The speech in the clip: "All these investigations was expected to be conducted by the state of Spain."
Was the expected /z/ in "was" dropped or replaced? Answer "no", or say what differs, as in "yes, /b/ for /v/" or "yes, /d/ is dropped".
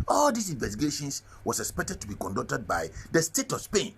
yes, /s/ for /z/